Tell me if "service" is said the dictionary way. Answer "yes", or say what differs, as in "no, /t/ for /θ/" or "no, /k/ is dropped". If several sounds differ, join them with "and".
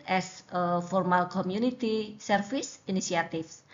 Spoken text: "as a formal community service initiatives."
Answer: no, /f/ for /v/